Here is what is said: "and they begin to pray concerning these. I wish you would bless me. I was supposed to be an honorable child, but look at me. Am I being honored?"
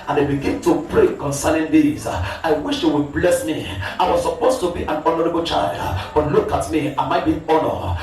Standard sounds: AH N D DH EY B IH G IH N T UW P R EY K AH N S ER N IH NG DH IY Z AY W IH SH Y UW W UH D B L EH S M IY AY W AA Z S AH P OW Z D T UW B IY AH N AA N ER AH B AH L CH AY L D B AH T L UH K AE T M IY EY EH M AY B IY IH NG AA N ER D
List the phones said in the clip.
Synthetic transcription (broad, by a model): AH N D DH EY B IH G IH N T UW P R EY K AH N S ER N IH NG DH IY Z AY W IH SH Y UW W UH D B L EH S M IY AY W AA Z S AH P OW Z T UW B IY AH N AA N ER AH B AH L CH AY L D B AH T L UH K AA T M IY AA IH M AY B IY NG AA N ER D